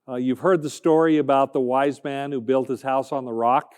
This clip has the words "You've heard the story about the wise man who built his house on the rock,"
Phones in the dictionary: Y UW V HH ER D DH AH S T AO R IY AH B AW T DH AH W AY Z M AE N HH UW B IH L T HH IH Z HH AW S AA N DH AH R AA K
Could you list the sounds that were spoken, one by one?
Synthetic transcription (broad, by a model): Y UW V HH ER D DH AH S T AO R IY AH B AW T DH AH W AY Z M AE N HH UW B IH L T HH IH Z HH AW S N DH AH R AA K